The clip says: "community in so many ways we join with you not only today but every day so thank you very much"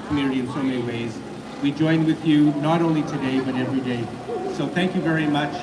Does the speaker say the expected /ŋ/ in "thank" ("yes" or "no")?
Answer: yes